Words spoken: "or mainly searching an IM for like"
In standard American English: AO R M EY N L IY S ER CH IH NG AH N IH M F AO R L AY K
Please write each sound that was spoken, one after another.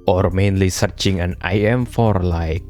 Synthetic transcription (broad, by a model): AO R M EY N L IY S ER CH IH NG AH N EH M F AO R L AY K